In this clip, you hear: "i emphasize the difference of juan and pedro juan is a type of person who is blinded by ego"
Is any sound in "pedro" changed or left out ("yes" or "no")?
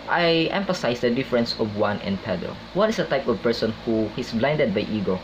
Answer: yes